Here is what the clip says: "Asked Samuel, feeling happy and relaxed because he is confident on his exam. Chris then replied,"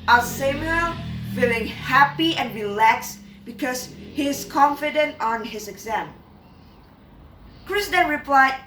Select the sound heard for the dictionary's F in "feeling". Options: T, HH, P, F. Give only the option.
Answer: F